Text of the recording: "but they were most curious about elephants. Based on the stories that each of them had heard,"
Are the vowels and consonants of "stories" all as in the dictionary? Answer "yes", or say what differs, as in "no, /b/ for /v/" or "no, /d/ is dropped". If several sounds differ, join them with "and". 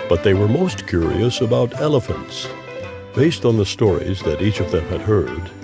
yes